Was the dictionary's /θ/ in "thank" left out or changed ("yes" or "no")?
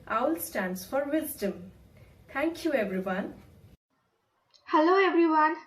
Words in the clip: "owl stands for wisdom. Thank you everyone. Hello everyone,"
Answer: yes